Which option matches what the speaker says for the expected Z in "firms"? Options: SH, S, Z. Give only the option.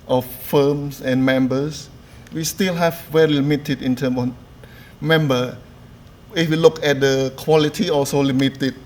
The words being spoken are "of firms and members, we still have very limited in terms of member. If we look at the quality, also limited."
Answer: S